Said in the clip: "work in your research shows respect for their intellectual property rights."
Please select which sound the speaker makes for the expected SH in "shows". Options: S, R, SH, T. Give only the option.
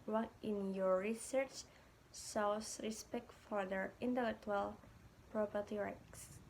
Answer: S